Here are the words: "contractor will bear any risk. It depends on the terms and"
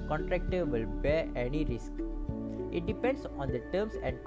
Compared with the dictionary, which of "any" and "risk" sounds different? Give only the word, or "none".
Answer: none